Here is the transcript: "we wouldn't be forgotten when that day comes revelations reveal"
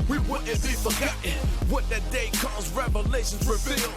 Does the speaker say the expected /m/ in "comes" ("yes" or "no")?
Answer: no